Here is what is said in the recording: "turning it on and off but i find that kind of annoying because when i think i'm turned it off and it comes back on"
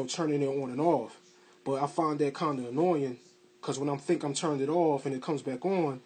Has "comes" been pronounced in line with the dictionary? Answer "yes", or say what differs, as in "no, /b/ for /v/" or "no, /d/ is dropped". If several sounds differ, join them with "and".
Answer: yes